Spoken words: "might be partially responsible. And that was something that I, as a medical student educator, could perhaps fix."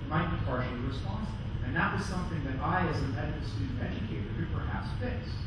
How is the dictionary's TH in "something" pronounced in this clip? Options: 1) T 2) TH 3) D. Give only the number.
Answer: 2